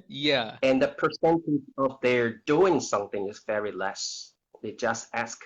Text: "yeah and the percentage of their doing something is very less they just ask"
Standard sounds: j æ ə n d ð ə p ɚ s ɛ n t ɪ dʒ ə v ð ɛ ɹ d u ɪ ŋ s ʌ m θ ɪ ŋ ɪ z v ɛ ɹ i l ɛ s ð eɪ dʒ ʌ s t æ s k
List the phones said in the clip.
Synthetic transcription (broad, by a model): j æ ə n ð ə p ɚ s ɛ n t ɪ dʒ ə v ð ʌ ɹ d u ɪ ŋ s ʌ m θ ɪ ŋ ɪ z v ɛ ɹ i l ɛ s ð eɪ dʒ ʌ s t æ s k